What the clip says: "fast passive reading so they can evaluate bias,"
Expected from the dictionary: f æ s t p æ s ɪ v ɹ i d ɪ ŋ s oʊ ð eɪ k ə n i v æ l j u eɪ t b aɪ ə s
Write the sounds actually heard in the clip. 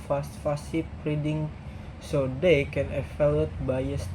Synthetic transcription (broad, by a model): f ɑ s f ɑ s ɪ p ɹ i d ɪ ŋ s oʊ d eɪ k ə n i f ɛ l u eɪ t b aɪ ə s